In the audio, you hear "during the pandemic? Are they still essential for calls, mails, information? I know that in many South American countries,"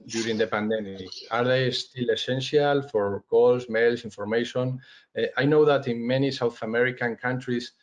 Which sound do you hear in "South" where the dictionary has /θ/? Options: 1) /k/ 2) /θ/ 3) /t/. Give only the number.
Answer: 2